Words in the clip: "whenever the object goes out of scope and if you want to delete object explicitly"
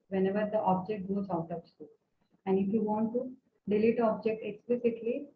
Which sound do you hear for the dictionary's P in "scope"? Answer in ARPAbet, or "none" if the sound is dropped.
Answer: none